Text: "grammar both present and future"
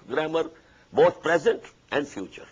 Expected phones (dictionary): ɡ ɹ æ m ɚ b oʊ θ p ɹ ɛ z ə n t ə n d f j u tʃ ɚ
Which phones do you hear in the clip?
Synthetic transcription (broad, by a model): ɡ ɹ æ m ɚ b oʊ t p ɹ ɛ z ə n t ə n d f j u tʃ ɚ